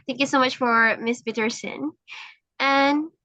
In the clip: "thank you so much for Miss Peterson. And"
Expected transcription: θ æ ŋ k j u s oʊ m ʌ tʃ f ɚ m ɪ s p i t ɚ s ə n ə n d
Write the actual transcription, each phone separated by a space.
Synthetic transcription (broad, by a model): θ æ ŋ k j u s oʊ m ʌ tʃ f ɚ m ɪ s b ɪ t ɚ s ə n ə n